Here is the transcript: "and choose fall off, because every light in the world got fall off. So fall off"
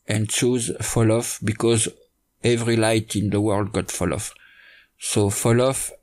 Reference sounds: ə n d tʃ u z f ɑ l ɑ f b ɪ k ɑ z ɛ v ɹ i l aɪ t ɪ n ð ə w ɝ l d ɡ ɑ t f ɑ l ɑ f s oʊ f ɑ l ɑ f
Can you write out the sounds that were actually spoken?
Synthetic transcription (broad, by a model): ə n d tʃ u z f ɑ l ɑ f b ɪ k ɑ z ɛ v ɹ i l aɪ t ɪ n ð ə w ɝ l d ɡ ɑ t f ɑ l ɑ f s oʊ f ɑ l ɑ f